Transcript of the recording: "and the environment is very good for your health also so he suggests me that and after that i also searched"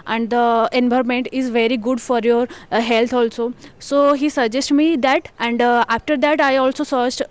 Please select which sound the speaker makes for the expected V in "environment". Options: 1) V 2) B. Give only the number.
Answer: 2